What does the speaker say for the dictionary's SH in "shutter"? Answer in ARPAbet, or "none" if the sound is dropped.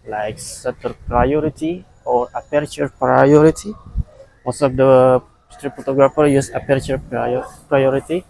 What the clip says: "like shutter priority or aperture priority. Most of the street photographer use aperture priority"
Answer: S